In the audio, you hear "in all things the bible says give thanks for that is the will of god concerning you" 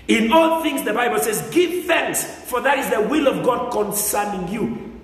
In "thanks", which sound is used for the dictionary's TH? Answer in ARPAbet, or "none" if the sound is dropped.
TH